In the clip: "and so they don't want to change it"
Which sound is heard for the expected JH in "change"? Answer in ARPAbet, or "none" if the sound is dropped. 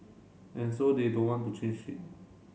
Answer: SH